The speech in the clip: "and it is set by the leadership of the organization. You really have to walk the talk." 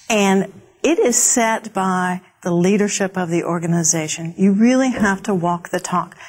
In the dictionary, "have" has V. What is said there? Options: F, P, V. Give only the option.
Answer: F